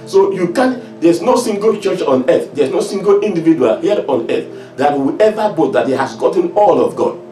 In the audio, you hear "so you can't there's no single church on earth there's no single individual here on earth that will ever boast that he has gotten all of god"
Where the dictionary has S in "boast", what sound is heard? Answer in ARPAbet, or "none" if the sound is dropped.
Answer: none